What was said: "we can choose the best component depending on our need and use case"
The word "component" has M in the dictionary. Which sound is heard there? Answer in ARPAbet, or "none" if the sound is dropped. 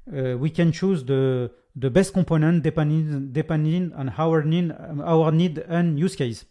none